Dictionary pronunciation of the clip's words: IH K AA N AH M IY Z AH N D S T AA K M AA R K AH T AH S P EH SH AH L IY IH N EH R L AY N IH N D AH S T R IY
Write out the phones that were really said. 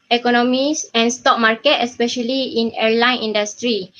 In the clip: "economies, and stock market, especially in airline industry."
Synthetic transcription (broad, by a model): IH K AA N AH M IY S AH N S T AA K M AA R K AH T AH S P EH SH AH L IY IH N EH R L AY N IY N D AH S T R IY